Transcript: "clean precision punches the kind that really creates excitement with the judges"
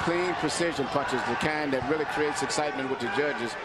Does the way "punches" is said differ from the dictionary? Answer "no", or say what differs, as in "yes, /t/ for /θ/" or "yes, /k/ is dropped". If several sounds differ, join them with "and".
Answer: yes, /n/ is dropped